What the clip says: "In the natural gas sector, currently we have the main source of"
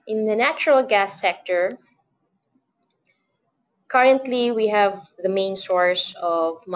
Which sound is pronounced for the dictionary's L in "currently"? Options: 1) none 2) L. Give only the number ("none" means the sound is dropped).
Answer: 2